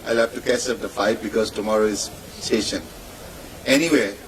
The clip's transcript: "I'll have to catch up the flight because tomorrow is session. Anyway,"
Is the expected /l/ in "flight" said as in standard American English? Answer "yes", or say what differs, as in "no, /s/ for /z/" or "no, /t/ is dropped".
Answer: no, /l/ is dropped